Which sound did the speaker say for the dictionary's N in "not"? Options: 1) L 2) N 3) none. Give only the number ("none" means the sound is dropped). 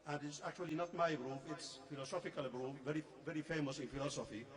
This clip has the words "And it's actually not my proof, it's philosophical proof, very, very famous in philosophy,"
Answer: 2